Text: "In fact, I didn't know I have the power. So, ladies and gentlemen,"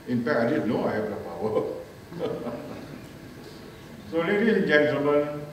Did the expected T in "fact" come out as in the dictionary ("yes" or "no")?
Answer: no